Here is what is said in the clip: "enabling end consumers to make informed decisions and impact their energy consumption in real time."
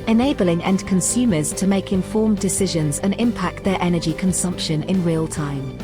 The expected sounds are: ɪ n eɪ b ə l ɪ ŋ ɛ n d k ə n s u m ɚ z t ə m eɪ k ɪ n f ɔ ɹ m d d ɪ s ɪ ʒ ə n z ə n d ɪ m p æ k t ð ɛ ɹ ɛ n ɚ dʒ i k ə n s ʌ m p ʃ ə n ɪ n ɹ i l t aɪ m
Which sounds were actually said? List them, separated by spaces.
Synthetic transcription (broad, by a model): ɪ n eɪ b ə l ɪ ŋ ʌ n k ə n s u m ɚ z t ə m eɪ k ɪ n f ɔ m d d ɪ s ɪ ʒ ə n z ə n ɪ m p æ k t ð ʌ ɹ ɛ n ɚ dʒ i k ə n s ʌ m p ʃ ə n ɪ n ɹ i l t aɪ m